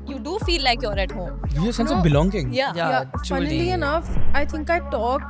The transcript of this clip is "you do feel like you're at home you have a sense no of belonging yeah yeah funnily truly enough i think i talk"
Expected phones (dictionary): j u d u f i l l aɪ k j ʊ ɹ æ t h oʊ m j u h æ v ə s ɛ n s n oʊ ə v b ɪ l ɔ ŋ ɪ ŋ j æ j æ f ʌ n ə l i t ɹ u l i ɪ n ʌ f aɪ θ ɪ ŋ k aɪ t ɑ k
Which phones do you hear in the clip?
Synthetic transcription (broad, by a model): j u d u f i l l aɪ k j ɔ ɹ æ t h oʊ m j u ə s ɛ n s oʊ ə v b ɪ l ɔ ŋ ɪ ŋ j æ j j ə i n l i ɪ n ʌ f aɪ t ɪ ŋ k aɪ t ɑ k